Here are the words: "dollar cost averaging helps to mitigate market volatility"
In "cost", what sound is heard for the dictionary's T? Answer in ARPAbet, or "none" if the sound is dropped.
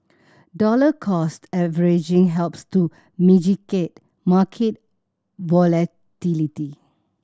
T